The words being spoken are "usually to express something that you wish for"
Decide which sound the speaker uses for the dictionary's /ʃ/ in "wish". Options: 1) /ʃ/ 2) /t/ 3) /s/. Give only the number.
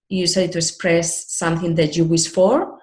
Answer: 3